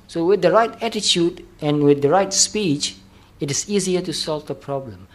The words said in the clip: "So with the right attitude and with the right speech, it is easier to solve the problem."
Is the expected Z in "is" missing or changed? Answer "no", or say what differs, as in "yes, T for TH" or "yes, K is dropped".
yes, S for Z